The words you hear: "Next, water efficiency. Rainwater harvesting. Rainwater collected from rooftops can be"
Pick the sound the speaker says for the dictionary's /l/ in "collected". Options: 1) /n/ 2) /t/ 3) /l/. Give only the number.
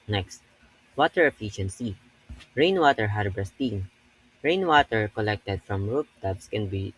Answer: 3